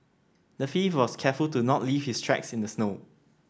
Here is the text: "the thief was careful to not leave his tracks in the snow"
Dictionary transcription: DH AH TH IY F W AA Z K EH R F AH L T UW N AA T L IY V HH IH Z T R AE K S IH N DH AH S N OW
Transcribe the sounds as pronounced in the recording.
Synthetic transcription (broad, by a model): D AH F IY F W AA S K EH F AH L T UW N AA T L IY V HH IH S T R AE K S IH N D AH S N OW